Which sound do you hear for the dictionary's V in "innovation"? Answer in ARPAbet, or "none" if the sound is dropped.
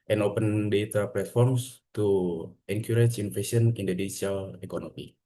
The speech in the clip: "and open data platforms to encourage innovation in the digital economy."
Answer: F